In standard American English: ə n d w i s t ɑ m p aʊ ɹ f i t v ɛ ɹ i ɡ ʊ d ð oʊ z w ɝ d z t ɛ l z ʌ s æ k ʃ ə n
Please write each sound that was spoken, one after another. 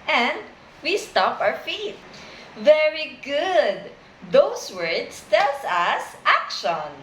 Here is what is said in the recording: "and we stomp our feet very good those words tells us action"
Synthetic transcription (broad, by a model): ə n d w i s t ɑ p aʊ ɹ f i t v ɛ ɹ i ɡ ʊ d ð oʊ s w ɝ d s t ɛ l s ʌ s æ k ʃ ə n